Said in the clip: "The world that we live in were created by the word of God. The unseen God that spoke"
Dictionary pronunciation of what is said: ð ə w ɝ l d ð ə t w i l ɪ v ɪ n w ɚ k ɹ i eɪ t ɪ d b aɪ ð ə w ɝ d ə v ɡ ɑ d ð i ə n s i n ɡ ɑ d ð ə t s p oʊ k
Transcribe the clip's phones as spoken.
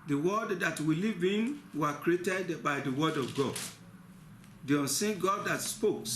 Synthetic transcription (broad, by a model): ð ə w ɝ d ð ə t w i l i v ɪ n w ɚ k ɹ i eɪ t ɪ d b aɪ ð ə w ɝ d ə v ɡ ɑ d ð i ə n s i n ɡ ɑ d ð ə t s p oʊ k